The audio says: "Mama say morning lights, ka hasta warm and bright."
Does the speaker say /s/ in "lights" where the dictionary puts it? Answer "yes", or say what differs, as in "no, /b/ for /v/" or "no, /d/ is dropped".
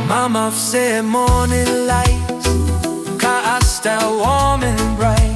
no, /s/ is dropped